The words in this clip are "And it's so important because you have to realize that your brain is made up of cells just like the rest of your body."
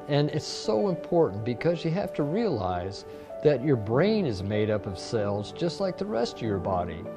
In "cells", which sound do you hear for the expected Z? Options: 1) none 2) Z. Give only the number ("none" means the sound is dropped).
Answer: 2